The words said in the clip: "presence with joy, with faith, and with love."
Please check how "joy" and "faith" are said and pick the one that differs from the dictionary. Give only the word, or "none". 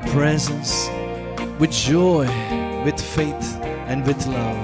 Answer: none